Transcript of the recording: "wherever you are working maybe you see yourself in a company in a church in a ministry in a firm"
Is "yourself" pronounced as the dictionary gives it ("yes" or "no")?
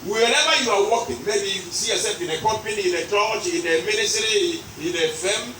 no